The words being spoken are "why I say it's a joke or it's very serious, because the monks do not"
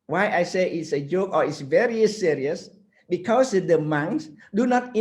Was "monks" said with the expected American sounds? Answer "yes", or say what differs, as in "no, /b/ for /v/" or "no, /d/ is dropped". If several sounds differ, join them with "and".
no, /k/ is dropped